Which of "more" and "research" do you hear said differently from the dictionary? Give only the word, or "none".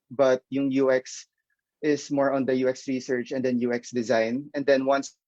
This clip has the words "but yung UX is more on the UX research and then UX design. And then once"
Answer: none